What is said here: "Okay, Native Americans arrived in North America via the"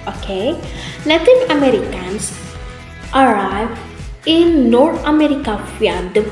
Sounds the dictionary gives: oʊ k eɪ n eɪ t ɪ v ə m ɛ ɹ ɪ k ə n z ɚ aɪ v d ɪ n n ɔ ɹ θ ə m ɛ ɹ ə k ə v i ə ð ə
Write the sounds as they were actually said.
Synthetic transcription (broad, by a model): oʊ k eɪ l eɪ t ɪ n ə m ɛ ɹ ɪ k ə n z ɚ aɪ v ɪ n n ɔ ɹ t ə m ɛ ɹ ə k ə f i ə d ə